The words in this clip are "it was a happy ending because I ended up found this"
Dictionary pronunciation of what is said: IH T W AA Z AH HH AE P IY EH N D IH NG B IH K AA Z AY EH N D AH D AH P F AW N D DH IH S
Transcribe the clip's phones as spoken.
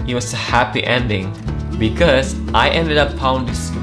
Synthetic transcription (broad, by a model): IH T W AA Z AH HH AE P IY EH N D IH NG B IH K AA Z AY EH N D AH D AH P P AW N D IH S